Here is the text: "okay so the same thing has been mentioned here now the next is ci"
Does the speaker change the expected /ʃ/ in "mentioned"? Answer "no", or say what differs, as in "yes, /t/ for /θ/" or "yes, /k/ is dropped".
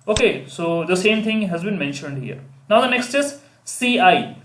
no